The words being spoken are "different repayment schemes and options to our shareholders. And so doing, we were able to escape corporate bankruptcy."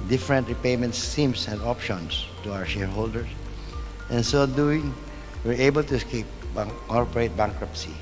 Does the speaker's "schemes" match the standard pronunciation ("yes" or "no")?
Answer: no